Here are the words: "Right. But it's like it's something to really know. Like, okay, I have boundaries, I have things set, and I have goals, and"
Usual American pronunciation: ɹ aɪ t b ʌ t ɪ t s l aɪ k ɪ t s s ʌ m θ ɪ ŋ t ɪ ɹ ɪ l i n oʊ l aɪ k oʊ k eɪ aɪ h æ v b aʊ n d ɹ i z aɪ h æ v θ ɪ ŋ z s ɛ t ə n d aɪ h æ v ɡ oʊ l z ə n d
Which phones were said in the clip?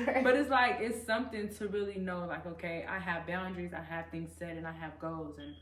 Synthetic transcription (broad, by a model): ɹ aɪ b ʌ t ɪ t s l aɪ k ɪ t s s ʌ m θ ɪ ŋ t ɪ ɹ ɪ l i n oʊ l aɪ k oʊ k eɪ aɪ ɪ v b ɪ n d ɹ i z aɪ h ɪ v θ ɪ ŋ z s ɛ t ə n aɪ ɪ v ɡ oʊ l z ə n